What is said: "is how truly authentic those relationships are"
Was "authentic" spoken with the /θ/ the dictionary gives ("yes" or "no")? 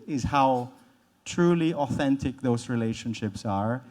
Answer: yes